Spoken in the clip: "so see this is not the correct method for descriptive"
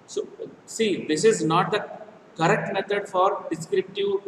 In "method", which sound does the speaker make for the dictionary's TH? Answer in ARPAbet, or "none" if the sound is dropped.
T